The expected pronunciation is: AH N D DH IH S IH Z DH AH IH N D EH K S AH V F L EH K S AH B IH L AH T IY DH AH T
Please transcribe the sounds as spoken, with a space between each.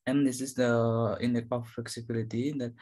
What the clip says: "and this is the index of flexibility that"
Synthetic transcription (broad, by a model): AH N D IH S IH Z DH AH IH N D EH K AH F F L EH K S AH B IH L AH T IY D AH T